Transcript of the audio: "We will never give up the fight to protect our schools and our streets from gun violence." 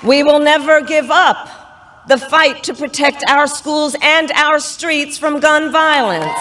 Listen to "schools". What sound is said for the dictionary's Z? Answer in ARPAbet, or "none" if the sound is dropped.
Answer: Z